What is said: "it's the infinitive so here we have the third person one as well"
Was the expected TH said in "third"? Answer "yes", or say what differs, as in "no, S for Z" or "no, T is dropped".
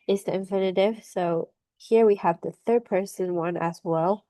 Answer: yes